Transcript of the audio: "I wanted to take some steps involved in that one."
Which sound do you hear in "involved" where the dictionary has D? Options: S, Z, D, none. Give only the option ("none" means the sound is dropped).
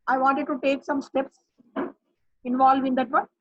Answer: none